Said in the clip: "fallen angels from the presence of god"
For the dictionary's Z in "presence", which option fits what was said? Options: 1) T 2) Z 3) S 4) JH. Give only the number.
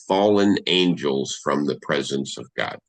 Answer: 2